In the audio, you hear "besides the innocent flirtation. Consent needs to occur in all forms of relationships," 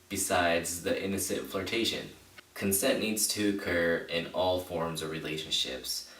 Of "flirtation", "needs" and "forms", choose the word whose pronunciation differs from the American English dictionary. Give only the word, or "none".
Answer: none